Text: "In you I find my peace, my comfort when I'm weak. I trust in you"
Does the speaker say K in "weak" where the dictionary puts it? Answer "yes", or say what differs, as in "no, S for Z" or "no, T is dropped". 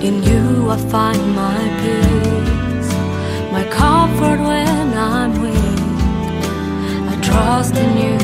no, K is dropped